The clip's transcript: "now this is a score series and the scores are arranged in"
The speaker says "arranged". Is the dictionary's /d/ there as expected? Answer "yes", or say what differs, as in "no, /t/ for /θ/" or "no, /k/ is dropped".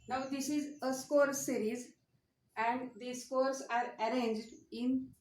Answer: yes